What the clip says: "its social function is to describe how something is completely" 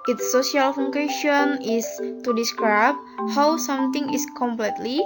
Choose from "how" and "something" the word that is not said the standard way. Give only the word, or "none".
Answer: something